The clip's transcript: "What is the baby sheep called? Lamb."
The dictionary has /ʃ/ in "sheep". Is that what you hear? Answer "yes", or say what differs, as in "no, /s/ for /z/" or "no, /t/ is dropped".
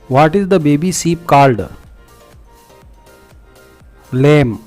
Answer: no, /s/ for /ʃ/